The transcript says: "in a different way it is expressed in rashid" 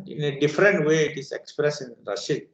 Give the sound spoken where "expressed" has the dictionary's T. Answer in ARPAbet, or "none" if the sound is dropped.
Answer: none